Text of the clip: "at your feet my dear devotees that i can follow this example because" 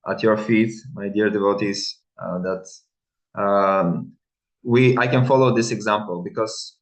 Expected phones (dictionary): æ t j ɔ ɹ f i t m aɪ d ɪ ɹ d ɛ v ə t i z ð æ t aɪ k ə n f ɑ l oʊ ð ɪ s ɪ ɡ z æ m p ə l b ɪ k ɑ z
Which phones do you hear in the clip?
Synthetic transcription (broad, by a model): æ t j ɔ ɹ f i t m aɪ d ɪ ɹ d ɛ v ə t i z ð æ t aɪ k ə n f ɑ l oʊ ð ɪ s ɪ ɡ z æ m p ə l b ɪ k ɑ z